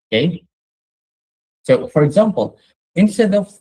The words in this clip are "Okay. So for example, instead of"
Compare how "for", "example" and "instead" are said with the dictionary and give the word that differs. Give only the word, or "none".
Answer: none